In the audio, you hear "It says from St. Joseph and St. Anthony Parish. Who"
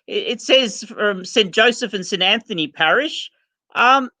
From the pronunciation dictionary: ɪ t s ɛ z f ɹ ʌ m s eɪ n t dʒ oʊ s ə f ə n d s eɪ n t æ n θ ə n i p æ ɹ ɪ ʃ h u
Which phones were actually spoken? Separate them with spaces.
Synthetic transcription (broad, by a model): ɪ t s ɛ z f ɹ ʌ m s eɪ n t dʒ oʊ s ə f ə n s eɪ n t æ n θ ə n i p æ ɹ ɪ ʃ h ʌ